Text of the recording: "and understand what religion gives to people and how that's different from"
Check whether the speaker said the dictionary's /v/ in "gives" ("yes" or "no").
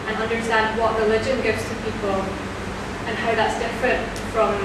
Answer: yes